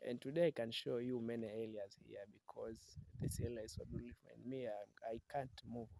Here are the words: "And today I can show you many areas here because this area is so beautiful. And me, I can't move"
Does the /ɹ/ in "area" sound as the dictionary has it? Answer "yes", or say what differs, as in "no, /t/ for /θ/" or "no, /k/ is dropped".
no, /l/ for /ɹ/